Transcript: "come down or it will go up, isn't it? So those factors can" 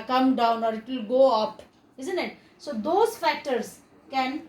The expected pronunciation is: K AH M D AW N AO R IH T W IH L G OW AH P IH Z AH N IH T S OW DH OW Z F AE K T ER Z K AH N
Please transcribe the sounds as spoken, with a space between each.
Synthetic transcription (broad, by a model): K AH M D AW N AO R IH T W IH L G OW AH P IH Z AH N IH T S OW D OW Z F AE K T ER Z K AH N